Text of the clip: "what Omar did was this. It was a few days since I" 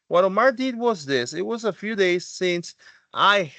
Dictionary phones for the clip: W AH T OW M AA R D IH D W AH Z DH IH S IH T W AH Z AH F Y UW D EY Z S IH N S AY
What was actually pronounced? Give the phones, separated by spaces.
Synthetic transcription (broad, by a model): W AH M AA AA D IH D W AH Z DH IH S IH T W AH Z AH F Y UW D EY Z S IH N S AY